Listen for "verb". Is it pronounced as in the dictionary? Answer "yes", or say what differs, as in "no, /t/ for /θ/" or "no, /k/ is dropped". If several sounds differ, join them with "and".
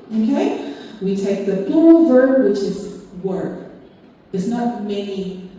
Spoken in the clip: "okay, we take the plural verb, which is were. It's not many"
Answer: yes